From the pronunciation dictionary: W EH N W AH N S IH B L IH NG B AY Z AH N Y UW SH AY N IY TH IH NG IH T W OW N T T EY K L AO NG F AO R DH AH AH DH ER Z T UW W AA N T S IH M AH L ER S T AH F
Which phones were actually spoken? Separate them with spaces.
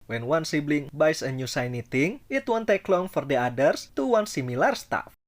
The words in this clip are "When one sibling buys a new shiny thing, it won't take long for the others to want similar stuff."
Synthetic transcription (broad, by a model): W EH N W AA N S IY B L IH NG B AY S AH N Y UW S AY N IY T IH NG IH T W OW N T T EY K L AO NG F AO R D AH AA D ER S T UW W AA N S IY M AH L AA S T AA F